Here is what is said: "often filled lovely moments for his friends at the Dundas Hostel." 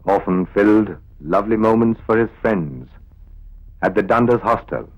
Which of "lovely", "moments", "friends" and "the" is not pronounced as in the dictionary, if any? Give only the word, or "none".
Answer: none